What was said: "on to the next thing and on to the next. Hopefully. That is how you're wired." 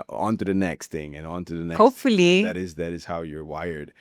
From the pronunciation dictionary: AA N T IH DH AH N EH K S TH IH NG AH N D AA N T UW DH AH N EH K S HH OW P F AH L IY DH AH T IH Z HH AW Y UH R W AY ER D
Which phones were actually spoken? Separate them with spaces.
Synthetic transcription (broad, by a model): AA N T IH DH AH N EH K S TH IH NG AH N AA N T UW DH AH N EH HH OW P F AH L IY DH AH T IH Z HH AW Y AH R W AY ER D